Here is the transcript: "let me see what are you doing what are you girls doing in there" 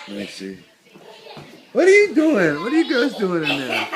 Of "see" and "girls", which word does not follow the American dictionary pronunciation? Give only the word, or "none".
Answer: girls